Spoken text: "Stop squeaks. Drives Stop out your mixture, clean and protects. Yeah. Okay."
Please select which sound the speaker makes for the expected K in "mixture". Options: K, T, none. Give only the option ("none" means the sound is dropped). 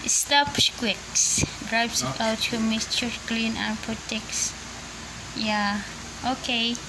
none